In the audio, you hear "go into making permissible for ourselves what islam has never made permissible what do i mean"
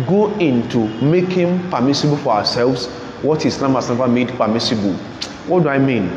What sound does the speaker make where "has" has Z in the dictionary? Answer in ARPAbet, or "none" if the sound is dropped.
S